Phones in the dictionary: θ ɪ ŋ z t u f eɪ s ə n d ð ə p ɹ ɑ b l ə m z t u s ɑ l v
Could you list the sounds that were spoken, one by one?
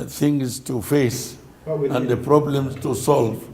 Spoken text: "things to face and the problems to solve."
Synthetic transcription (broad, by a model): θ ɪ ŋ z t u f eɪ s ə n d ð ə p ɹ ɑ b l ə m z t u s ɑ l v